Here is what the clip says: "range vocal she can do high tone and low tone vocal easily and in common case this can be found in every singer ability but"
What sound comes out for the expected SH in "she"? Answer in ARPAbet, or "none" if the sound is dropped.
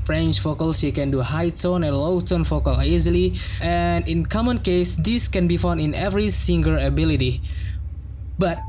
S